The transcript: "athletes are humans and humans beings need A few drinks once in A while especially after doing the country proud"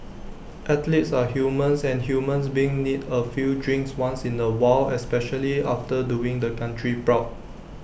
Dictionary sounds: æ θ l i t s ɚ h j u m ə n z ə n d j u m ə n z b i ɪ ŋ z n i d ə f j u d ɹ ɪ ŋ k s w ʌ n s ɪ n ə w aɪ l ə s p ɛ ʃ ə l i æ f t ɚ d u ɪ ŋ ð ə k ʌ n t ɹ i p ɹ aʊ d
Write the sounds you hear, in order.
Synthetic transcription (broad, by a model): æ t l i t s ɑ h j u m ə n s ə n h j u m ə n s b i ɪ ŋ n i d ə f j u d ɹ ɪ ŋ k s w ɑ n s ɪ n ə w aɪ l ə s p ɛ ʃ ə l i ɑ f t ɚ d u ɪ ŋ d ə k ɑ n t ɹ i p ɹ aʊ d